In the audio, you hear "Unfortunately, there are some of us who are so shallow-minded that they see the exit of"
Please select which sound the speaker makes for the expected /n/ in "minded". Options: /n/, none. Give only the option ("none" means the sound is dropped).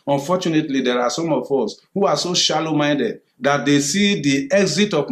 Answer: /n/